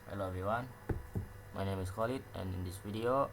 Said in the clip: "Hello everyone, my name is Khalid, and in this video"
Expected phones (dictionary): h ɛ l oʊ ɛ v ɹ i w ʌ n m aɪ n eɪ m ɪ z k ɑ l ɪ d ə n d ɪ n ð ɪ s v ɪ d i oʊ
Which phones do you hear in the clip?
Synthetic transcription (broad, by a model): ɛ l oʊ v i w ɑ n m aɪ n eɪ m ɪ s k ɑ l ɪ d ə n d ɪ n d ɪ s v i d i oʊ